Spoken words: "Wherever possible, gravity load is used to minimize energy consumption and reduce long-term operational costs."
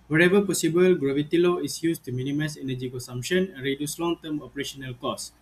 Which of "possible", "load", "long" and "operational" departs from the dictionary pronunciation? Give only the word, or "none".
load